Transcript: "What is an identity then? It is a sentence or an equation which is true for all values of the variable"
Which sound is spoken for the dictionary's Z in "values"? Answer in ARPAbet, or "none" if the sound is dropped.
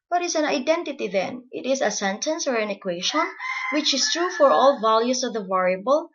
S